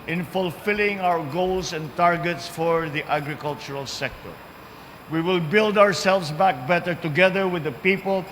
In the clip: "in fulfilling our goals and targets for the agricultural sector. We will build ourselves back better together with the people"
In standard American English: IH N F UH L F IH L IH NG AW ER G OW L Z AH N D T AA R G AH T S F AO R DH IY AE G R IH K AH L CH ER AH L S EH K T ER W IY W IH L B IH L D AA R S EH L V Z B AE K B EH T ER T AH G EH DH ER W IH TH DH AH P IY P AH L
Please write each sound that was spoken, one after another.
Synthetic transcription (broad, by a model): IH N F UH L F IH L IH NG AW ER G OW L S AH N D T AA R G AH T S F AO R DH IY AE G R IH K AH L CH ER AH L S EH K T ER W IY W IH L B IH L D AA R S EH L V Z B AE K B EH T ER T AH G EH DH ER W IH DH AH P IY P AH L